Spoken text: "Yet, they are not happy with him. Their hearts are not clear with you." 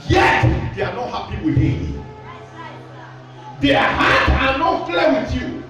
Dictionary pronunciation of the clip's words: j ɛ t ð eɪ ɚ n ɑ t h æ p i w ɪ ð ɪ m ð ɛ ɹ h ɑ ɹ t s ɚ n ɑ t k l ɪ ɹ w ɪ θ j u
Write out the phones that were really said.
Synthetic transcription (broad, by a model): j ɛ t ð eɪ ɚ n ɑ t h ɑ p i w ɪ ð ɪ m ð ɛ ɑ h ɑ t ɑ n ɑ t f l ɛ w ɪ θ j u